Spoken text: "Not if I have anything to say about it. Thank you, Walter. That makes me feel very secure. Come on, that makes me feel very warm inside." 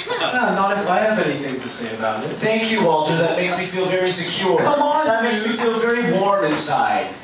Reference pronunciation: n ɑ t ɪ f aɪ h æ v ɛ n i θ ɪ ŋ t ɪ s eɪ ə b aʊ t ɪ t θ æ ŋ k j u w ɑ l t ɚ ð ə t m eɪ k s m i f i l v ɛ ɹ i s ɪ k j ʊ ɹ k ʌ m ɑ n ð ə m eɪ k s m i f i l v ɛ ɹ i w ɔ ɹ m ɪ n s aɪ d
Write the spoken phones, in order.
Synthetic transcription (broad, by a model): n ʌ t ɪ f aɪ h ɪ v ɛ n i θ ɪ ŋ t ɪ s eɪ ə b aʊ t ɪ t θ æ ŋ k j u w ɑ l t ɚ ð ə t m eɪ k s m i f i l v ɛ ɹ i s ɪ k j ʊ ɹ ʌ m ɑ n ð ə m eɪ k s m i f i l v ɛ ɹ i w ɔ ɹ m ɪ n s aɪ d